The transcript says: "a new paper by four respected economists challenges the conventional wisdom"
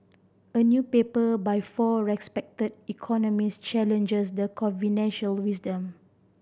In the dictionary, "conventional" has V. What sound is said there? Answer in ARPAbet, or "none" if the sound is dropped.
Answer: F